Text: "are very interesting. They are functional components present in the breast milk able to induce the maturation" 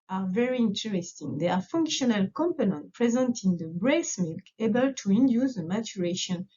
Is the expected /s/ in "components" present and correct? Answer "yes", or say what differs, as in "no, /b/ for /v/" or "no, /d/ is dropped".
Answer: no, /s/ is dropped